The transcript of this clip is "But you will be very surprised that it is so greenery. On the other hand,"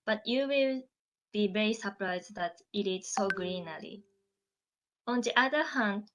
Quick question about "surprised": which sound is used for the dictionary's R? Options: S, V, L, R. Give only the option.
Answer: R